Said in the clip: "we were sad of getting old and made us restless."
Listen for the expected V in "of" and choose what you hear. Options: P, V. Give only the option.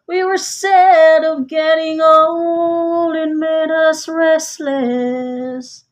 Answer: V